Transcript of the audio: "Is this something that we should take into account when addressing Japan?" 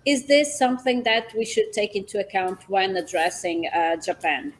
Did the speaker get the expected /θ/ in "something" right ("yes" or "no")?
yes